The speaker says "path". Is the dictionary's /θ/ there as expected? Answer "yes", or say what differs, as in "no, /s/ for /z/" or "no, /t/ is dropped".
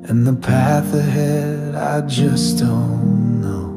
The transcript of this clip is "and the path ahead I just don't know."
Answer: yes